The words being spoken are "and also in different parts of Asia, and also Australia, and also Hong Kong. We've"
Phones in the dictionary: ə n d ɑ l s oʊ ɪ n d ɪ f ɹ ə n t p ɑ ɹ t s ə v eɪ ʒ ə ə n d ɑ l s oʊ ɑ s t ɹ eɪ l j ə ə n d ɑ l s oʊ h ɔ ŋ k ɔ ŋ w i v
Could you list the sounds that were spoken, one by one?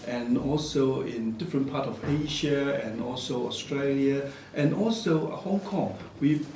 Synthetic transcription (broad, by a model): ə n ɑ l s oʊ ɪ n d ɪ f ɹ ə n p ɑ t ə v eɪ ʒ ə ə n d ɑ l s oʊ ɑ s t ɹ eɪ l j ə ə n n ɑ l s oʊ h ɔ ŋ k ɔ ŋ w i